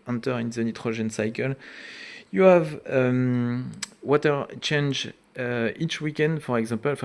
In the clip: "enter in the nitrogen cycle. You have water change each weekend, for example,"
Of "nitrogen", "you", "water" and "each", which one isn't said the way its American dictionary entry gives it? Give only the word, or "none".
nitrogen